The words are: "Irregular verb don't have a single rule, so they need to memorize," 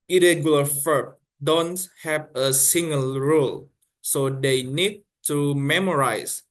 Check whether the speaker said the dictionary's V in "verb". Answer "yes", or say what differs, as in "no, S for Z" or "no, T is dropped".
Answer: no, F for V